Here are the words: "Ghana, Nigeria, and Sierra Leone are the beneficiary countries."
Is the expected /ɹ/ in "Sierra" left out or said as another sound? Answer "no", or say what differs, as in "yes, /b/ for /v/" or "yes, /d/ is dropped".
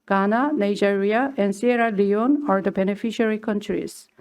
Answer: no